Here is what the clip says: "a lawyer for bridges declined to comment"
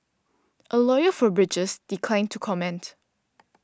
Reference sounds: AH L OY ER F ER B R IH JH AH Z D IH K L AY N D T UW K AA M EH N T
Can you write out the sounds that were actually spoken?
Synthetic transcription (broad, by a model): AH L OY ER F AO B R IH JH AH S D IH K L AY N T UW K AA M EH N T